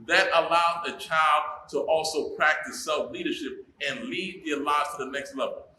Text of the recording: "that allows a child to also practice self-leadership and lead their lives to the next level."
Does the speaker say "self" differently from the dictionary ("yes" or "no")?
no